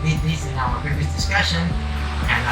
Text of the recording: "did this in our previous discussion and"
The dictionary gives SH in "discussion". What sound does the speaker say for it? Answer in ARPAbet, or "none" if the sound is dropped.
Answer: SH